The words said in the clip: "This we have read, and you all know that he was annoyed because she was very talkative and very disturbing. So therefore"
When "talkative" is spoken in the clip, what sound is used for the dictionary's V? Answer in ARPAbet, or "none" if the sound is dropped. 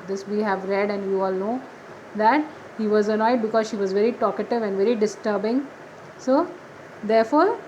V